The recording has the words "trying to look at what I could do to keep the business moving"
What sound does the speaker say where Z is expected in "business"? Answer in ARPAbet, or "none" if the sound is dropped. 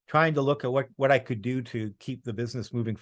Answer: Z